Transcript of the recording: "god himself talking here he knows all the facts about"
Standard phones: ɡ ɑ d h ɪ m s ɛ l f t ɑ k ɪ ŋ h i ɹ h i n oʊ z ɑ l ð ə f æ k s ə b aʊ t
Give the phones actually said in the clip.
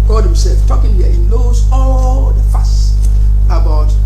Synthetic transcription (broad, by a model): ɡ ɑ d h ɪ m s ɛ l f t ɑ k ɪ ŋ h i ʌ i n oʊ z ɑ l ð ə f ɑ s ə b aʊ t